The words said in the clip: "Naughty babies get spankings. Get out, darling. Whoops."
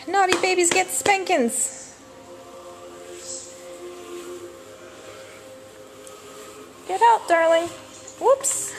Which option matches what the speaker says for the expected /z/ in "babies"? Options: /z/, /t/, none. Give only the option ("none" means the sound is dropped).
/z/